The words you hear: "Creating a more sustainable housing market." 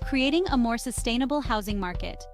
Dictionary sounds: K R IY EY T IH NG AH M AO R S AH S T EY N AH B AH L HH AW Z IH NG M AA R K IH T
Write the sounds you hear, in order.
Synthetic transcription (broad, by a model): K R IY EY T IH NG AH M AO R S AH S T EY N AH B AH L HH AW Z IH NG M AA R K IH T